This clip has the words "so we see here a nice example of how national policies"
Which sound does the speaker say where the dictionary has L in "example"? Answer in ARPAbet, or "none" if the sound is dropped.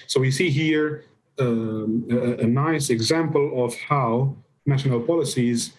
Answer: L